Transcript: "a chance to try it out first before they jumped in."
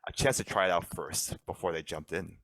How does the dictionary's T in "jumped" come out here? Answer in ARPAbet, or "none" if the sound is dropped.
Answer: T